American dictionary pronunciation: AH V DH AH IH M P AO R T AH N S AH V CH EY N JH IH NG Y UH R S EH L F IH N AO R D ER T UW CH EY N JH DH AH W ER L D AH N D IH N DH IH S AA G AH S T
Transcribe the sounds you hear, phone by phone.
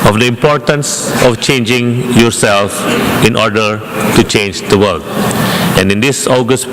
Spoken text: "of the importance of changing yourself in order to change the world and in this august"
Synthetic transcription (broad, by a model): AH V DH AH IH M P AO R T AH N S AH F CH EY N JH IH NG Y UH R S EH L F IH N AO R D ER T UW CH EY N JH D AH W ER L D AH N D IH N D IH S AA G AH S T